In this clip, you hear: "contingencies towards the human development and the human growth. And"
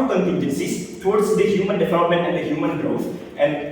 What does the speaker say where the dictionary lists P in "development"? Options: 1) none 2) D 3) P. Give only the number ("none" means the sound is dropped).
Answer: 3